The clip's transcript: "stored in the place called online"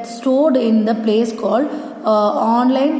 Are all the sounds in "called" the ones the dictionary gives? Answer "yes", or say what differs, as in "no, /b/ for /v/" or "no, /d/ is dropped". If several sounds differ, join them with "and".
no, /d/ is dropped